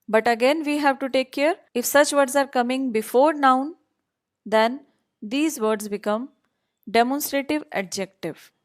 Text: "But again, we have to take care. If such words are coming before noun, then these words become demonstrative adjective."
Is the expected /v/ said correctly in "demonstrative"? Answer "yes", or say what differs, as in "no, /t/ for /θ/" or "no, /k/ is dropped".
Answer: yes